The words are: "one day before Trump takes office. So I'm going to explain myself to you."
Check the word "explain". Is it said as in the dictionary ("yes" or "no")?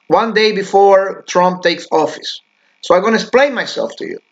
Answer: no